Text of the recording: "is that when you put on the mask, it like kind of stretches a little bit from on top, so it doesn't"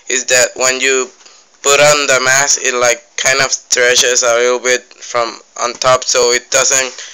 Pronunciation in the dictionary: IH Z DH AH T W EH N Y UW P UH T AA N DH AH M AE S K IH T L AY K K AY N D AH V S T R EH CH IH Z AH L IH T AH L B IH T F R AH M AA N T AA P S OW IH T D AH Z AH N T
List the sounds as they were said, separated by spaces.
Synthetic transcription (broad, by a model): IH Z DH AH T W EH N Y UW P UH T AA N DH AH M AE S IH T L AY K K AY N D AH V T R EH SH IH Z AH L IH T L B IH T F R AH M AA N T AA P S OW IH T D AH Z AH N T